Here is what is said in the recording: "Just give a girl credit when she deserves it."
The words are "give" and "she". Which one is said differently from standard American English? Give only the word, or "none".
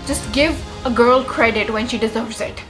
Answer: none